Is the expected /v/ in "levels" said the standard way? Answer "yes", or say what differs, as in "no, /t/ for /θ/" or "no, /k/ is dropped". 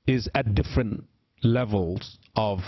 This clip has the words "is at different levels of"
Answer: yes